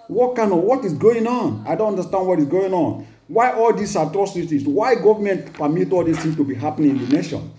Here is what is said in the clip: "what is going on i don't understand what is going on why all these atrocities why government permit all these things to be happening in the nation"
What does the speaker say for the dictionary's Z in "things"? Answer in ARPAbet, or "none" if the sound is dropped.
none